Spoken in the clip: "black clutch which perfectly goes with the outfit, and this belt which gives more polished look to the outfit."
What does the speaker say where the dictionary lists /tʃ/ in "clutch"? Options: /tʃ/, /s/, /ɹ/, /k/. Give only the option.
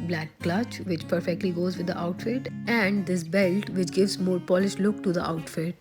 /tʃ/